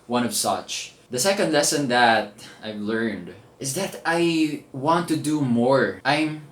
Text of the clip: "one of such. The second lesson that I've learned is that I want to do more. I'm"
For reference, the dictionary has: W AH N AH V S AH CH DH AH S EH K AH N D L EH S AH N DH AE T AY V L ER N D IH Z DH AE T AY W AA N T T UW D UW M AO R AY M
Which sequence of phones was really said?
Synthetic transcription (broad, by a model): W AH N AH V S AH CH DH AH S EH K AH N D L EH S AH N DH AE T AY V L ER N D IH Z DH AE T AY W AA N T T UW D UW M AO R AY M